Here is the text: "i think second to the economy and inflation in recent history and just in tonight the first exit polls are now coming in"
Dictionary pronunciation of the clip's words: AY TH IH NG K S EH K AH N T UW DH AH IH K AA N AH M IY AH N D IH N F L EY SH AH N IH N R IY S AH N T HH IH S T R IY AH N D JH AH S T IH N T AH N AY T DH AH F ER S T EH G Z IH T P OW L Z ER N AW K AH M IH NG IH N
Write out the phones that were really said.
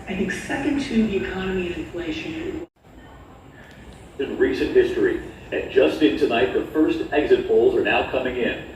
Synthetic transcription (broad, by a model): AY TH IH NG K S EH K AH N T UW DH IH K AA N AH M IY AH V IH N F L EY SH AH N IH N R IY S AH N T HH IH S T R IY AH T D ZH AH S T IH N T AH N AY T DH AH F ER S T EH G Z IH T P OW L Z ER N AW K AH M IH NG IH N